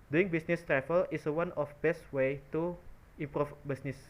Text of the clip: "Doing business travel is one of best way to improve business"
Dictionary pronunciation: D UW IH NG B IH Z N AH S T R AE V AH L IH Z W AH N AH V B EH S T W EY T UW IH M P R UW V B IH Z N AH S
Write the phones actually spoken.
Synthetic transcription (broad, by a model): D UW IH NG B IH S N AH S T R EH F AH L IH S W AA N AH F B EH S T W EY T UW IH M P R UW F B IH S N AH S